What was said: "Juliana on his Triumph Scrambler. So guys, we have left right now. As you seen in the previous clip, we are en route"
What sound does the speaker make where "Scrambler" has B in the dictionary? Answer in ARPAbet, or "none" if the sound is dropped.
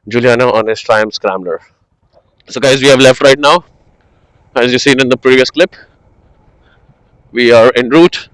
none